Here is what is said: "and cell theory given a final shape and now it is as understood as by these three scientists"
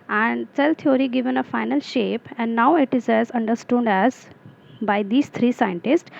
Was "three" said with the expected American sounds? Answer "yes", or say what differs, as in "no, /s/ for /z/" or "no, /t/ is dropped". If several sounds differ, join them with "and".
no, /t/ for /θ/